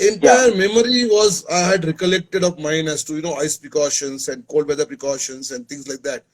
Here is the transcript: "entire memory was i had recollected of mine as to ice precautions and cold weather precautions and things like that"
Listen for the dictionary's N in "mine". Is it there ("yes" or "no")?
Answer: yes